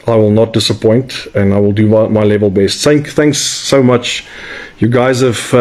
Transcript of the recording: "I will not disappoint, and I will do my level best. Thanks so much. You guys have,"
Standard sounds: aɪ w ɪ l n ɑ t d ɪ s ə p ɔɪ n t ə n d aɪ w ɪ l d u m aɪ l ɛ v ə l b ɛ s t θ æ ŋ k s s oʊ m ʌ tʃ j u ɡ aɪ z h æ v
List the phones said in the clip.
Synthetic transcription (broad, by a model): aɪ w ɪ l n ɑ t d ɪ s ə p ɔɪ n t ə n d aɪ w ɪ l d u m aɪ l ɛ v ə l b ɛ s t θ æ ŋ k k s oʊ m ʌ tʃ j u ɡ aɪ z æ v